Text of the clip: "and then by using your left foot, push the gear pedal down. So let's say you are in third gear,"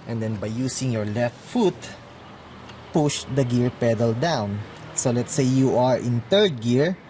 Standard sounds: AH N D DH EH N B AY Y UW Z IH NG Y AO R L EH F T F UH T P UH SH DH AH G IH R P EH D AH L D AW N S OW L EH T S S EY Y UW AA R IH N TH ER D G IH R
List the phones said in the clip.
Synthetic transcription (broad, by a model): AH N D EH N B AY Y UW S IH NG Y AO R L EH F T F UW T P UH SH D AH G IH R P EH D AH L D AW N S OW L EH T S S EY Y UW AA R IH N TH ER D G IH R